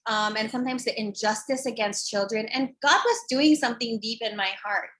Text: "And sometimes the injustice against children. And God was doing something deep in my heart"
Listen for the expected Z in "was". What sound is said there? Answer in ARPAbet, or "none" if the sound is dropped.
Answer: Z